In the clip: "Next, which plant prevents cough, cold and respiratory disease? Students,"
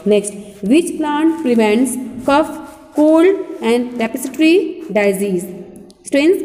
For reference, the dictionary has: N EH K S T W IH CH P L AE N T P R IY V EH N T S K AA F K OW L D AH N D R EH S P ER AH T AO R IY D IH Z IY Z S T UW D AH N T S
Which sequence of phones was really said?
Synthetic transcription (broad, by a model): N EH K S T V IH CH P L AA N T P R IY V EH N T S K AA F K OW L AH N D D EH P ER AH T R IY D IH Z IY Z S T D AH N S